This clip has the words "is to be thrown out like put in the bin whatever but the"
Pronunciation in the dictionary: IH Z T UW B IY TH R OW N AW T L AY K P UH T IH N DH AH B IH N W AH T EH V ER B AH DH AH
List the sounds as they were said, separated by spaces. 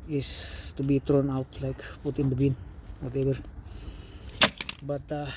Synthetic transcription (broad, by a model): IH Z T UW B IY T R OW N AW T L AY K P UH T IH N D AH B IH N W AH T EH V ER B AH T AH